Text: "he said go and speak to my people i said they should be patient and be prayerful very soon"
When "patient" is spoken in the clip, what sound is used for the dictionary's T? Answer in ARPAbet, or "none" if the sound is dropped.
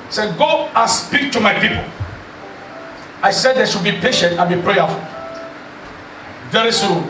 T